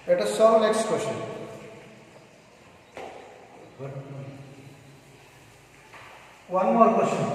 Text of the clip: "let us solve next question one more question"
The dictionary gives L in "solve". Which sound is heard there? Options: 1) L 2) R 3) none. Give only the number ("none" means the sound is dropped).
3